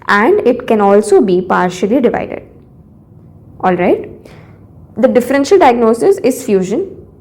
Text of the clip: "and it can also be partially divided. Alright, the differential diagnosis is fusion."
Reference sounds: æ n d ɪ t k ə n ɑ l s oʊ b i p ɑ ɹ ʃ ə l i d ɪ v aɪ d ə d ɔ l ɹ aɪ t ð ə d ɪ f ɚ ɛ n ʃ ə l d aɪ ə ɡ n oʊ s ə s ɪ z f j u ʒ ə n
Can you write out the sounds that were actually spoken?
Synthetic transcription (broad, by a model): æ n d ɪ t k ə n ɑ l s oʊ b i p ɑ ɹ ʃ ə l i d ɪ v aɪ d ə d ɔ l ɹ aɪ t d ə d ɪ f ɚ ɛ n ʃ ə l d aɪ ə ɡ n oʊ s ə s ɪ z f j u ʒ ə n